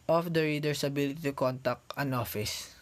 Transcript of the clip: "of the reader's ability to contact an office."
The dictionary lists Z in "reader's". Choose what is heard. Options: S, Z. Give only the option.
S